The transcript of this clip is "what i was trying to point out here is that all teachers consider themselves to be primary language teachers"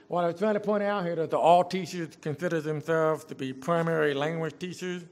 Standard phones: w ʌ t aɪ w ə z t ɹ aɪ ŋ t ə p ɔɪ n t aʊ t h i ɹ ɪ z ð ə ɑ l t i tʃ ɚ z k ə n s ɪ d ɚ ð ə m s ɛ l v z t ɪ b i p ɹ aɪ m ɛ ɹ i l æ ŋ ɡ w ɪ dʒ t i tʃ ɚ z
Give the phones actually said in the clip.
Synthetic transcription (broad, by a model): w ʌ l aɪ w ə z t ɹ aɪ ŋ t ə p ɔɪ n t aʊ t h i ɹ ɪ ð ə ɑ l t i tʃ ɚ z k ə n s ɪ d ɚ ð ə m s ɛ l v z t ɪ b i p ɹ aɪ m ɛ ɹ i l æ ŋ ɡ w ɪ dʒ t i tʃ ɚ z